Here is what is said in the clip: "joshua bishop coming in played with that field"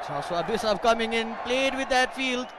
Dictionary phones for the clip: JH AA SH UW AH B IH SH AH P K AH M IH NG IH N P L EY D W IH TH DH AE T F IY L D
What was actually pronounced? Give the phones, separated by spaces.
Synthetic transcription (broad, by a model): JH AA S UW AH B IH S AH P K AH M IH NG IH N P L EY D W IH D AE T F IY L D